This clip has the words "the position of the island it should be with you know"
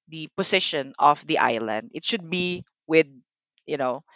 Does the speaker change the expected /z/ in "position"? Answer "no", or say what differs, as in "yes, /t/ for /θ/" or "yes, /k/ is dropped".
yes, /s/ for /z/